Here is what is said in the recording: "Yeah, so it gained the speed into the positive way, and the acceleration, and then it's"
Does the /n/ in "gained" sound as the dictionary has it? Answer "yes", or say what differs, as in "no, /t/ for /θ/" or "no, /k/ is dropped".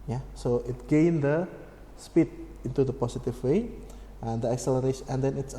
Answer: yes